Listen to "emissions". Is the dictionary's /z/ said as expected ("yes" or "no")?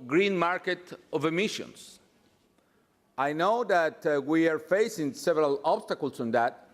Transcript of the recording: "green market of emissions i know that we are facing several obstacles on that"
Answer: no